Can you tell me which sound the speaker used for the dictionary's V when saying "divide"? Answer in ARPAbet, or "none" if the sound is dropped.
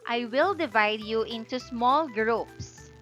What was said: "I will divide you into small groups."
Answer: V